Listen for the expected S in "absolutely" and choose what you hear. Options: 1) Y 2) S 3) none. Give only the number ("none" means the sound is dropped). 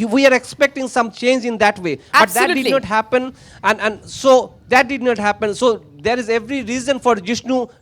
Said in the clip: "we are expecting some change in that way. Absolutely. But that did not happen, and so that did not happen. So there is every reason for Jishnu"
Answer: 3